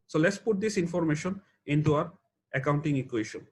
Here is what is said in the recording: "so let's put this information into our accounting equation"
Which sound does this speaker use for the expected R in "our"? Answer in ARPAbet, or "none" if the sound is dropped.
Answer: R